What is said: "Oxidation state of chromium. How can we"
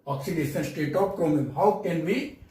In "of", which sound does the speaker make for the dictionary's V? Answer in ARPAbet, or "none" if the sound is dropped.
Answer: P